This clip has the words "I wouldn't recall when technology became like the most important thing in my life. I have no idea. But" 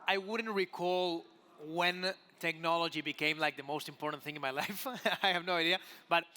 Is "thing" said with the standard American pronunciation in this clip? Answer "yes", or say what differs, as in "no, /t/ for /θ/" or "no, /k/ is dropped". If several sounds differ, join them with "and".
yes